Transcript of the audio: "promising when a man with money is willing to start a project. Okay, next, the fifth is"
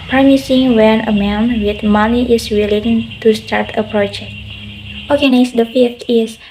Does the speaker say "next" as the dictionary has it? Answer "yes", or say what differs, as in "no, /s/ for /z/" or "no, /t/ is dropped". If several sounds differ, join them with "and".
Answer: no, /k/ is dropped